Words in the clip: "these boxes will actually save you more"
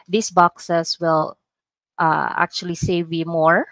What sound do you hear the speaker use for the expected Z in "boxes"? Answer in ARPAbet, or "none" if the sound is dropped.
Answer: S